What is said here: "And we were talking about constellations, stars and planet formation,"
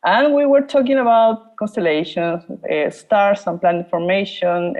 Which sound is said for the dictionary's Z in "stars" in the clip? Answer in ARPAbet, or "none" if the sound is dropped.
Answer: S